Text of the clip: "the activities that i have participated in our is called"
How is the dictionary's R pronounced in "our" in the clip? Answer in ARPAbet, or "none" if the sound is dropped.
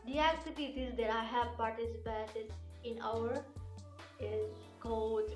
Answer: W